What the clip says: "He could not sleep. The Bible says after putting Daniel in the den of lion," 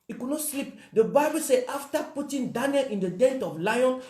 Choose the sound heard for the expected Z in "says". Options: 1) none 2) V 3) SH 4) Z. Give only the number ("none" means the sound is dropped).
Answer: 1